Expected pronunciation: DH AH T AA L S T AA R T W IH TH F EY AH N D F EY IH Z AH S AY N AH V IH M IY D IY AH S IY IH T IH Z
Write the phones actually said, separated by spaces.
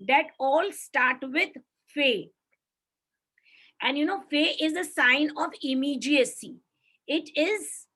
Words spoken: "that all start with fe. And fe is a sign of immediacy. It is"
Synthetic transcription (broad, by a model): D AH T AA L S T AA R T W IH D F EY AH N D F EY IH Z AH S AY N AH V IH M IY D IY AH S IY IH T IH Z